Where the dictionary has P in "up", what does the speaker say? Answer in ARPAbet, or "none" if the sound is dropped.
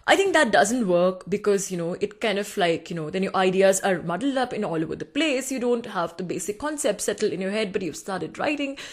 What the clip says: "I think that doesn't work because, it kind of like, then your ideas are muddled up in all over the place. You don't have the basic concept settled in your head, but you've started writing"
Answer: P